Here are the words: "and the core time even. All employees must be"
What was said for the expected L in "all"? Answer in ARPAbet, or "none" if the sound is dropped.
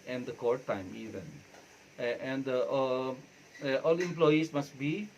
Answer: L